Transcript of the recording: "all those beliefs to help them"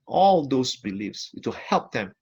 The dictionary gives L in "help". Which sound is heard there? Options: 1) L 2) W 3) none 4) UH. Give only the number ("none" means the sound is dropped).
1